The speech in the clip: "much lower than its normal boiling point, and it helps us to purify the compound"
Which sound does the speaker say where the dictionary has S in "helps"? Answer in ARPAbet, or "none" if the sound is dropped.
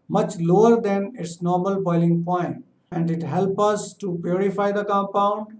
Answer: none